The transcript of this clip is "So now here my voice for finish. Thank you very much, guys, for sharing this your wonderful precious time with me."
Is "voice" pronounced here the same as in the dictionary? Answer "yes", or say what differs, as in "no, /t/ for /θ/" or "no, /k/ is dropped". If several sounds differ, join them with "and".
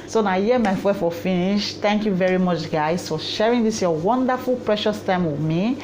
no, /f/ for /v/ and /s/ is dropped